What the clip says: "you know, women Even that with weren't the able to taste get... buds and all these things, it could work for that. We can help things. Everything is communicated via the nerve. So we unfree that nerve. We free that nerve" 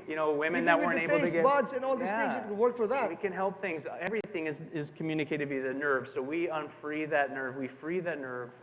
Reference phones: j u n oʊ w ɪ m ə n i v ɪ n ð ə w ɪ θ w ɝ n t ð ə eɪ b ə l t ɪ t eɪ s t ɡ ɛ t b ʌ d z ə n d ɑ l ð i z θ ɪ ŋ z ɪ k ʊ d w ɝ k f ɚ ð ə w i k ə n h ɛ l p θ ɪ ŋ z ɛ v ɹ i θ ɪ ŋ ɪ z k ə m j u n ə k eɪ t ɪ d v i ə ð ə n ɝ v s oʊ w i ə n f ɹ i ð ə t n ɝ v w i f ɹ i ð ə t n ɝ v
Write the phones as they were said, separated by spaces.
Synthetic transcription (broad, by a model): j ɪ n oʊ w ɪ m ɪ n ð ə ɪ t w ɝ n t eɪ ə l t ɪ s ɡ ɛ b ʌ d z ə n ɑ l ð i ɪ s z ɪ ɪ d w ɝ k f ɚ ð ə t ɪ k ə n h ɛ l p θ ɪ ŋ z ɛ v ɹ i θ ɪ ŋ ɪ z k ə m j u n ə k eɪ t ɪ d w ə ð ə n ɝ v s oʊ w i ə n f ɹ i ð ə t n ɝ v w i f ɹ i ð ə t n ɝ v